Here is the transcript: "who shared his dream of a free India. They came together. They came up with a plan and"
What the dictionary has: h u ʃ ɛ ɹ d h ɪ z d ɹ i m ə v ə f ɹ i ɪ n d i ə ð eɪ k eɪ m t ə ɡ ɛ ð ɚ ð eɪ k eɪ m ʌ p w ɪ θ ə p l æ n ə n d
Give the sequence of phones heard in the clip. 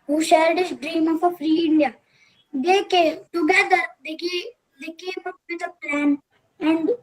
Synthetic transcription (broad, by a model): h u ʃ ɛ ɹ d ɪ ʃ d ɹ i m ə p ə f ɹ i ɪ n d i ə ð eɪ k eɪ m t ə ɡ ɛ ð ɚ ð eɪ k eɪ m ʌ p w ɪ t ə p l æ n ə n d